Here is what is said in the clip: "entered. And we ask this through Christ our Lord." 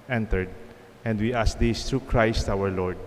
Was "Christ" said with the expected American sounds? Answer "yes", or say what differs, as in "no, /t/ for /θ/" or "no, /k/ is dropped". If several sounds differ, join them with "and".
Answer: yes